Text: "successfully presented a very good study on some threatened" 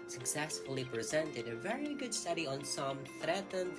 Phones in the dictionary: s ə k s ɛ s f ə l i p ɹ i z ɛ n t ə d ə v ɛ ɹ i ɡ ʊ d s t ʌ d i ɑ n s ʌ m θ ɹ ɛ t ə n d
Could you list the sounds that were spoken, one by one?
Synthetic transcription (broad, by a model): s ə k s ɛ s f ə l i p ɹ i z ɛ n t ə d ə v ɛ ɹ i ɡ ʊ d s t ʌ d i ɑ n s ʌ m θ ɹ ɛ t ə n